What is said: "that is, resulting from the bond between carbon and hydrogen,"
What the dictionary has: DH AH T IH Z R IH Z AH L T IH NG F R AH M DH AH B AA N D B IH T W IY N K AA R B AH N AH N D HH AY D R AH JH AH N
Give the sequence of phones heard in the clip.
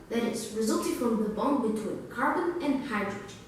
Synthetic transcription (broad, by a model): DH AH T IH S R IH Z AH L T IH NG F R AH M DH AH B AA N B IH T W IY N K AA R B AH N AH N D HH AY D R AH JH